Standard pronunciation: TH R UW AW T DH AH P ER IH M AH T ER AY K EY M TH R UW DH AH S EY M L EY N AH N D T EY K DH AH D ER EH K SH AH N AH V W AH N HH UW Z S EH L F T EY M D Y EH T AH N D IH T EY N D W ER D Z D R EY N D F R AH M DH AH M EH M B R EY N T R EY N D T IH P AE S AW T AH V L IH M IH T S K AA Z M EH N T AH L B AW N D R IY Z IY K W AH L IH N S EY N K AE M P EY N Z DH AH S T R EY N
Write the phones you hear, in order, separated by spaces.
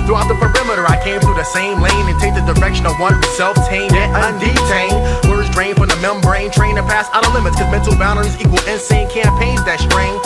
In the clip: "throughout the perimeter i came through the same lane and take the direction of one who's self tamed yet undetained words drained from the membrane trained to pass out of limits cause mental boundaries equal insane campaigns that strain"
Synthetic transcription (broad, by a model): TH R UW AW T DH AH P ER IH M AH T ER AY K EY M TH R UW DH AH S EY M L EY N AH N T EY K DH AH D ER EH K SH AH N AH V W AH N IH S EH L F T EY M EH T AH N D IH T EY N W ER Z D R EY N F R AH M DH AH M EH M B R EY N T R EY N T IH P AE S AW T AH L IH M IH T S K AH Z M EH N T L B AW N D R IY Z IY K W L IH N S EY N K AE M P EY N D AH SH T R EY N